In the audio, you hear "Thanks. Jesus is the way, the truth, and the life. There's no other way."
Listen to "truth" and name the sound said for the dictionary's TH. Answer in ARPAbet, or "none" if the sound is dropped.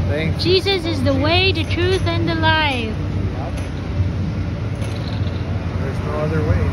TH